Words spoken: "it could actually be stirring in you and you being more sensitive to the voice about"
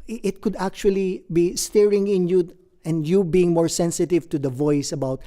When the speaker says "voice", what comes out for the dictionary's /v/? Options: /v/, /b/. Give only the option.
/v/